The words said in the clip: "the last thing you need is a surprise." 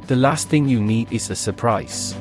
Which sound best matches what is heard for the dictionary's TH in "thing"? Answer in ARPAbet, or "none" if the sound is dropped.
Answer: TH